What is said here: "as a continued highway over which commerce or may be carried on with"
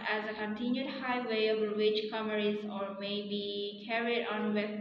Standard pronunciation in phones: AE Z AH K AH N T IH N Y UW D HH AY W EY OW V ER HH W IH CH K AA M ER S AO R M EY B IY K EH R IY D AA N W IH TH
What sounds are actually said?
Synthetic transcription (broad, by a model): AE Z AH K AH N T IH N Y UW D HH AY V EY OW B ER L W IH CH K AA M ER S AO R M EY B IY K EH R IY D AA N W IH